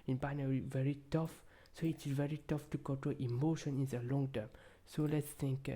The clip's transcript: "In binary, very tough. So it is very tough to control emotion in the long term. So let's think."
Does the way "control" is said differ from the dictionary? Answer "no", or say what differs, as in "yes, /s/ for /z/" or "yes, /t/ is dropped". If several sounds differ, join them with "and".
yes, /n/ is dropped